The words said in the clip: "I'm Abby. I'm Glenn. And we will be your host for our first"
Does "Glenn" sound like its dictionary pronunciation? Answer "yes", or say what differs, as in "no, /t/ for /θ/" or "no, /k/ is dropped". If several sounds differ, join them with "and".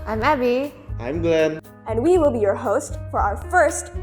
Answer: no, /l/ is dropped